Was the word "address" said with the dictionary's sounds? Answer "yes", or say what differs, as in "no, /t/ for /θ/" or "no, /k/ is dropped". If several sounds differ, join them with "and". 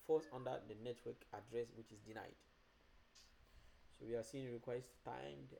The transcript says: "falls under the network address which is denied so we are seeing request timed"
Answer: yes